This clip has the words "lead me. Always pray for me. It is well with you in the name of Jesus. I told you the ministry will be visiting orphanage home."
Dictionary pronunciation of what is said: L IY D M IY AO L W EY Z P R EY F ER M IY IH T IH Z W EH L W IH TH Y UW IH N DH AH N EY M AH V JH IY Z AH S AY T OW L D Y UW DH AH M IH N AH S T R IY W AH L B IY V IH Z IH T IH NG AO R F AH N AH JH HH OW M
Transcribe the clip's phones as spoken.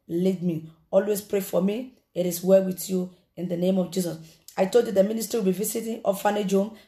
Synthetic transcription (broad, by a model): L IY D M IY AO L W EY S P R EY F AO M IY IH T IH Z W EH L W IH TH Y UW IH N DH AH N EY M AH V JH IY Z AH S AY T OW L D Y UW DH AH M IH N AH S T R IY W AH L B IY V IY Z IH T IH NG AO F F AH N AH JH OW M